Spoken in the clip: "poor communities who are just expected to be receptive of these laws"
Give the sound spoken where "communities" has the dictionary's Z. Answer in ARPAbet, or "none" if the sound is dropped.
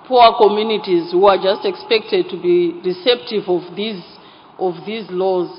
Z